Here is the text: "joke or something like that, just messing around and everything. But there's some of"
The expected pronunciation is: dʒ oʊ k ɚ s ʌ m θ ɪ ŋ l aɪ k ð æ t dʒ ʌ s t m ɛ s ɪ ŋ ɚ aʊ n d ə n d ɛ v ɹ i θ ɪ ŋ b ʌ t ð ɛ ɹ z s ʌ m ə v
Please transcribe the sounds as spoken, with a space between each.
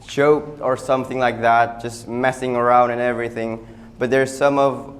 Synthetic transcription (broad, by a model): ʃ oʊ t ɚ s ʌ m θ ɪ ŋ l aɪ k ð æ t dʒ ʌ s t m ɛ s ɪ ŋ ɚ aʊ n d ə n ɛ v ɹ i θ ɪ ŋ b ʌ t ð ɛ ɹ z s ʌ m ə v